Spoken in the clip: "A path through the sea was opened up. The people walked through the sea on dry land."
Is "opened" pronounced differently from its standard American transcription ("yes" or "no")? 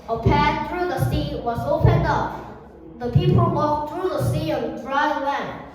no